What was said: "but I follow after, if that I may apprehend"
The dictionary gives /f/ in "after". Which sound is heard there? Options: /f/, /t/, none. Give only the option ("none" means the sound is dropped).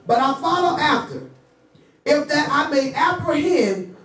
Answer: /f/